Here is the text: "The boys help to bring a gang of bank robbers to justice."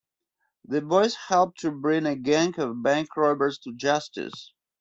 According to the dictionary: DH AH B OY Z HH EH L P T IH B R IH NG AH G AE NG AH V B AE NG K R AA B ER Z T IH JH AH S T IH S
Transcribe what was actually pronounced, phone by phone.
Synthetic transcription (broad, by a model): DH AH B OY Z HH EH L P T IH B R IH NG AH G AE NG AH V B AE NG K R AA B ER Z T IH JH AH S T IH S